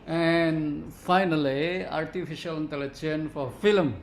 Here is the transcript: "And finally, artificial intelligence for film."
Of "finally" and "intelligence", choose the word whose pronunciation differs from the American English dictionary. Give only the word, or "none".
intelligence